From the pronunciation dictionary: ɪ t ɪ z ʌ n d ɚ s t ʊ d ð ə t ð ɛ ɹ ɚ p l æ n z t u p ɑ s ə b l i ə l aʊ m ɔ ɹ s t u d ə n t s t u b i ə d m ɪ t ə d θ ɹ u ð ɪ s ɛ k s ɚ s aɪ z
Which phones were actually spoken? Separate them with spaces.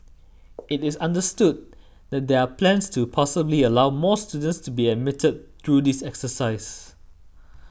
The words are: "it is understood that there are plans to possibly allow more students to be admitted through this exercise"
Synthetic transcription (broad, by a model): ɪ t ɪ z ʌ n d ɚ s t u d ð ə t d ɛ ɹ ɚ p l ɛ n s t u p ɑ s ə b l i ə l aʊ m ɔ s t u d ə n t s t u b i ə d m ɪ t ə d t ɹ u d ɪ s ɛ k s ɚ s aɪ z